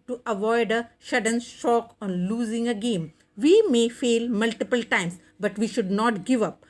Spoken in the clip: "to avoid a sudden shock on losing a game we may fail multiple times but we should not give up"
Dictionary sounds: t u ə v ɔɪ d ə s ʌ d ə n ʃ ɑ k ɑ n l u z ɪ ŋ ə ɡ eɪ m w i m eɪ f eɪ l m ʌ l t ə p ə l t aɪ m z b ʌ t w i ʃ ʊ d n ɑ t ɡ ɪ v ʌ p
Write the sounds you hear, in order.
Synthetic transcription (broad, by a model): t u ə v ɔɪ d ə ʃ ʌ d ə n ʃ ɑ k ɑ n l u z ɪ ŋ ə ɡ eɪ m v i m eɪ f eɪ l m ʌ l t ə p ə l t aɪ m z b ʌ t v i ʃ ʊ d n ɑ t ɡ ɪ v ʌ p